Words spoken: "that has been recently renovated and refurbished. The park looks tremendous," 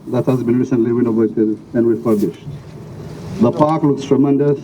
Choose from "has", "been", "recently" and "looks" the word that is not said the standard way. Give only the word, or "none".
none